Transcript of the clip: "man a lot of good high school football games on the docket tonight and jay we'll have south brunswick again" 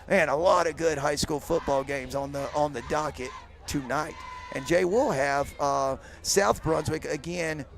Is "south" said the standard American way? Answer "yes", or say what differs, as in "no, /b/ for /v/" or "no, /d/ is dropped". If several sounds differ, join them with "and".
yes